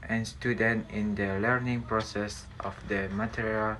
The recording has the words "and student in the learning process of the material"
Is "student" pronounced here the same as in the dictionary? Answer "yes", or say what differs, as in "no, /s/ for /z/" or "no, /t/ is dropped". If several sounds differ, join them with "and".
yes